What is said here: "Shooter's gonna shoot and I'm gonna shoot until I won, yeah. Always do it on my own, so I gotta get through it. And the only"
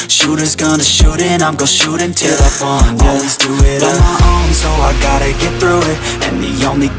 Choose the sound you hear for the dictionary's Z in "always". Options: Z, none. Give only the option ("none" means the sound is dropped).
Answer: Z